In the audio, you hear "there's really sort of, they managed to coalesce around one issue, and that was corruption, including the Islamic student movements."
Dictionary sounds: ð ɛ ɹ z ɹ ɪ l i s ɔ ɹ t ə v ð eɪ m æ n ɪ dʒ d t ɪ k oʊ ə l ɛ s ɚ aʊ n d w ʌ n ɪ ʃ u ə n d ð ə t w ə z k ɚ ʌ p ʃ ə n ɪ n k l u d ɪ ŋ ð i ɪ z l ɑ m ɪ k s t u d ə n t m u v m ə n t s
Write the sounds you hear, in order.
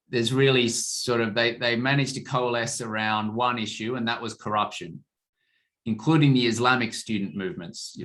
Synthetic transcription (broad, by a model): ð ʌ ɹ z ɹ ɪ l i s ɔ ɹ t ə v ð eɪ m æ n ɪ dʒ t ɪ k oʊ ə l ɛ s ɚ aʊ n d w ʌ n ɪ ʃ u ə n ð ə t w ə z k ɚ ʌ p ʃ ə n ɪ n k l u d ɪ ŋ ð i ɪ z l ɑ m ɪ k s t u d n m u v m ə n t s